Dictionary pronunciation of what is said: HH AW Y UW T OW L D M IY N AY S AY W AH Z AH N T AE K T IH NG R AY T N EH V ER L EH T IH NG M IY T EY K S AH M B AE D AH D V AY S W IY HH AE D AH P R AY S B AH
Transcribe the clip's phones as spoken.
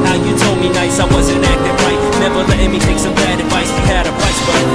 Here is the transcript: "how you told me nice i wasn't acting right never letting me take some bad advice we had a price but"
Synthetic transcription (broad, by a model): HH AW Y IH T OW L D M IY N AY S AY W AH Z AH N AE K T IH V R AY T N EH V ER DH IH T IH M IY T EY K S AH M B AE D AH D V AY S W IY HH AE D AH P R AY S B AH